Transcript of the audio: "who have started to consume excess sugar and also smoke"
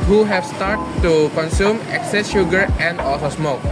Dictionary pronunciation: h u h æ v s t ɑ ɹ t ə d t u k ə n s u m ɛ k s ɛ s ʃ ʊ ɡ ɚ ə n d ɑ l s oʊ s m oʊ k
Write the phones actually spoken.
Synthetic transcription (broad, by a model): h u h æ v s t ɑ ɹ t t t u k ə n s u m ɛ k s ɛ s ʃ ʊ ɡ ɚ ə n d ɑ l s oʊ s m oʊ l